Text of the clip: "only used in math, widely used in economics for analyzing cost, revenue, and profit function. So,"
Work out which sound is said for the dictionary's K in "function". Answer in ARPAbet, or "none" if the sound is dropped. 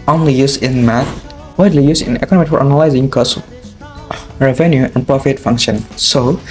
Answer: K